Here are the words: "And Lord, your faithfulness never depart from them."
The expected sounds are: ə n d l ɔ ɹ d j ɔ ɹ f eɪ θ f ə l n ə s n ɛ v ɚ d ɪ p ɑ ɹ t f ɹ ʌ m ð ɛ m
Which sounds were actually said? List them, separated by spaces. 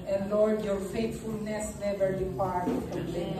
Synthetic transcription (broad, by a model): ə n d l ɔ ɹ d j ɔ ɹ f eɪ t f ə l n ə s n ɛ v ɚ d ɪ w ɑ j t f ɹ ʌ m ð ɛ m